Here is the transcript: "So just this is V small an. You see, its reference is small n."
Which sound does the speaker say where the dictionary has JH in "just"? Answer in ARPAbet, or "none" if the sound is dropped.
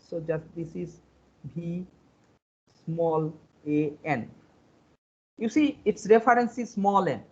JH